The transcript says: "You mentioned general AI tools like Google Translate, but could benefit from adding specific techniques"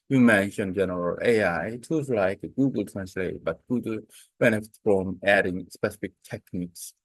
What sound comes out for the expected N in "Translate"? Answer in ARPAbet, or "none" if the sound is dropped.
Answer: N